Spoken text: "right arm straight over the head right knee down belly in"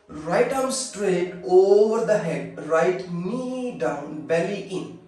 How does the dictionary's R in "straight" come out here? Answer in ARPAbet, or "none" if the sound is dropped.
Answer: R